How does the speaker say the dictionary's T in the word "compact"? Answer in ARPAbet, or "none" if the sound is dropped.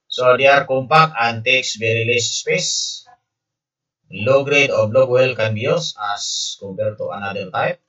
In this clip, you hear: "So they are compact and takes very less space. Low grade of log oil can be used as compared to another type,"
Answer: none